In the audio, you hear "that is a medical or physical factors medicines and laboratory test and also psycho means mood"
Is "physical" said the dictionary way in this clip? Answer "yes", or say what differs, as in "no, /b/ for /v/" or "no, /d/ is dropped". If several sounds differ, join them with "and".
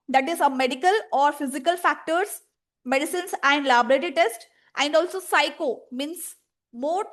yes